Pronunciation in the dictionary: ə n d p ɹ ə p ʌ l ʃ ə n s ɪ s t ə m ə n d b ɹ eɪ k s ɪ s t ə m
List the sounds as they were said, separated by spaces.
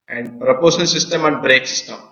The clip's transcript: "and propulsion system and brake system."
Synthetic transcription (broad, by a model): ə n d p ɹ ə p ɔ ʃ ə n s ɪ s t ə m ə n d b ɹ eɪ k s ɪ s t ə m